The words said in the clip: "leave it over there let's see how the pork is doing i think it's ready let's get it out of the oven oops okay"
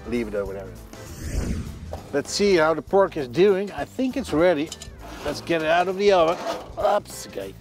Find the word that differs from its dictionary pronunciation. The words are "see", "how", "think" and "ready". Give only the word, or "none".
none